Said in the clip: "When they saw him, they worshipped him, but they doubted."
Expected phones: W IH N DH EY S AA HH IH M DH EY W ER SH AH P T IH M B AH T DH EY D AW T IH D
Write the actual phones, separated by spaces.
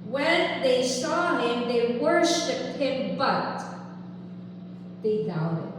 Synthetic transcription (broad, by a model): W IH N DH EY S AA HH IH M DH EY W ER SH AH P IH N B AH T DH EY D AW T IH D